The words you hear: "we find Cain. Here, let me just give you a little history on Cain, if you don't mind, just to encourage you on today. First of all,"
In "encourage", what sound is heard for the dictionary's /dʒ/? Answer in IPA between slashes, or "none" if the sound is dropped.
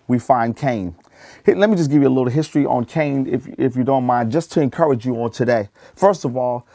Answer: /dʒ/